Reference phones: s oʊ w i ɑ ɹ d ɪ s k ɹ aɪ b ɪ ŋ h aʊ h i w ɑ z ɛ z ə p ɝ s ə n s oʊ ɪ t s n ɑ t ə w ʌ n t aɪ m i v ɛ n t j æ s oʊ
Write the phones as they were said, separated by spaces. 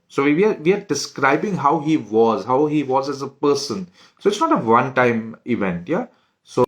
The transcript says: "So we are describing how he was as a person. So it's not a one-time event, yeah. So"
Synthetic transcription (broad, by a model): s oʊ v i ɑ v d ɪ s k ɹ aɪ b ɪ ŋ h aʊ h i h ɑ z ɛ z ə p ɝ s ə n s oʊ ɪ t s n ɑ t ə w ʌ n t aɪ m i v ɛ n t j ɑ s oʊ